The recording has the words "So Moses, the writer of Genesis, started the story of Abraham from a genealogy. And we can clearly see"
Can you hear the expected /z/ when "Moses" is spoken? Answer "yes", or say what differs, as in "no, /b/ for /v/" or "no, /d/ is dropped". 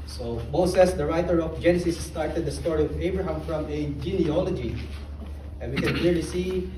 no, /s/ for /z/